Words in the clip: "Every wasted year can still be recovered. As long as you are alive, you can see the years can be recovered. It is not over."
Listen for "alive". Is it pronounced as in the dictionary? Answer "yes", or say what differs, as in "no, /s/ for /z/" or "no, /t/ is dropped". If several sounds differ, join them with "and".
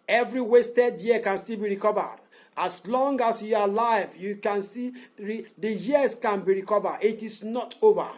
yes